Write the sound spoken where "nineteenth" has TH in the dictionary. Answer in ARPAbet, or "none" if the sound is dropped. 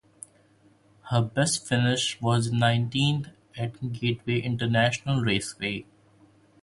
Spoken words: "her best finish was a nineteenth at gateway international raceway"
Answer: T